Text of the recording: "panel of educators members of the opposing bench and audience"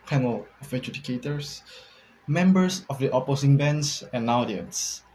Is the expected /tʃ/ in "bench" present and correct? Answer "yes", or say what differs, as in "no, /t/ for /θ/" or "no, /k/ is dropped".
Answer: no, /s/ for /tʃ/